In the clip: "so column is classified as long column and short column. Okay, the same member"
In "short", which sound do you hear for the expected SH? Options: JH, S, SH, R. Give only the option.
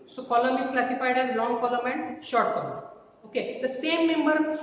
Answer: SH